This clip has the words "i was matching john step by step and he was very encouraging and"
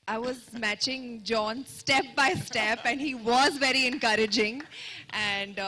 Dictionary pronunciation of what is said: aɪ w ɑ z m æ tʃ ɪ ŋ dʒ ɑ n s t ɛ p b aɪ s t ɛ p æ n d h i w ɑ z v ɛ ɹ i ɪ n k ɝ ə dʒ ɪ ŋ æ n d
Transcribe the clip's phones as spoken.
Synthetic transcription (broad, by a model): aɪ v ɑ z m æ tʃ ɪ ŋ dʒ ɑ n s t ɛ p b aɪ s t ɛ p æ n d h i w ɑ z v ɛ ɹ i ɪ n k ɝ ə dʒ ɪ ŋ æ n d